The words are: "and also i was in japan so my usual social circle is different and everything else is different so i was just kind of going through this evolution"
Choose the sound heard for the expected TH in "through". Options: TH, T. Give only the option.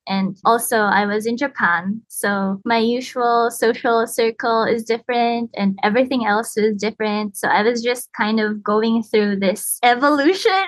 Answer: TH